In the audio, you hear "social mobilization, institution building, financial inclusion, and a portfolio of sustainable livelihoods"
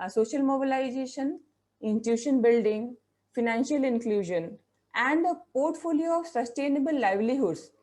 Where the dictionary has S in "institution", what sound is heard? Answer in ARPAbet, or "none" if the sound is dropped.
none